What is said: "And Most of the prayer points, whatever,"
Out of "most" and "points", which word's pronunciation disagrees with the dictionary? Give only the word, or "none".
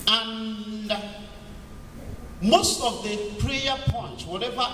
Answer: points